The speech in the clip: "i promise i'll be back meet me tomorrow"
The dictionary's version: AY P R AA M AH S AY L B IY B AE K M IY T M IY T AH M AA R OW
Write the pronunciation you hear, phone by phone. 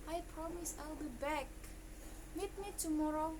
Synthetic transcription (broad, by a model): AY P R AA M AH S AY L B IY B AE K M IY T M IY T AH M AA R OW